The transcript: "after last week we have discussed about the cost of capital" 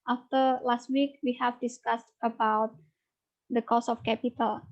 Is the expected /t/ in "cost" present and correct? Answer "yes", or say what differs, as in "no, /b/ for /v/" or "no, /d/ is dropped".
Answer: no, /t/ is dropped